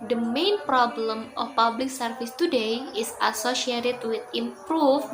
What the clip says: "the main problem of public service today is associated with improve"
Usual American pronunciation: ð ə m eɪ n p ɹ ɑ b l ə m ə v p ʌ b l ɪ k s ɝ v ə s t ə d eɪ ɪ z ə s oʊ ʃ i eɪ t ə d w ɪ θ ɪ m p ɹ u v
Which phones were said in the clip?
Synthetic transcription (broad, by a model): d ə m eɪ n p ɹ ɑ b l ə m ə f p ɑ b l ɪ k s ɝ f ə s t ə d eɪ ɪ s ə s oʊ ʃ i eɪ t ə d w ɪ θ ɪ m p ɹ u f